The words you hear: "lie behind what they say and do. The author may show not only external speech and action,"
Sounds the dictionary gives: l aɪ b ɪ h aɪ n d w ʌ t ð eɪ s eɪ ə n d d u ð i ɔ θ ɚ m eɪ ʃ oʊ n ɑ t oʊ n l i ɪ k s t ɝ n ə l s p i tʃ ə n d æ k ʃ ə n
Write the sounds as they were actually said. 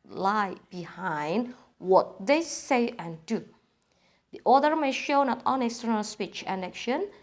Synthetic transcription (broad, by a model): l aɪ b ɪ h aɪ n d w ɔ t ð eɪ s eɪ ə n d d u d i ɔ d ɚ m eɪ ʃ oʊ n ɑ t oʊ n i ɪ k s t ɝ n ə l s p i tʃ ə n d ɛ k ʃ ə n